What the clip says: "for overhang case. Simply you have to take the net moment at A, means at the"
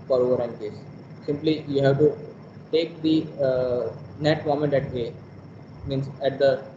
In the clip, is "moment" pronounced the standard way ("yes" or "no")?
yes